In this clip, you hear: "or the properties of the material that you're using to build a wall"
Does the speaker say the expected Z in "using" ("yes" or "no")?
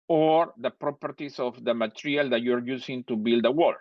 no